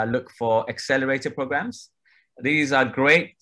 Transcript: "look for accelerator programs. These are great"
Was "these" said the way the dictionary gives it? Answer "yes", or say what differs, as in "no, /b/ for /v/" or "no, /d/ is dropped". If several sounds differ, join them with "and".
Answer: yes